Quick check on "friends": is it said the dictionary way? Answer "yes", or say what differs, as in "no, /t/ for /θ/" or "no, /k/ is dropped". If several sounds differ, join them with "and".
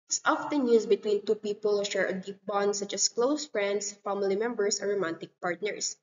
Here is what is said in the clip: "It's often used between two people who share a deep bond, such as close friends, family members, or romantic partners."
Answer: no, /s/ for /z/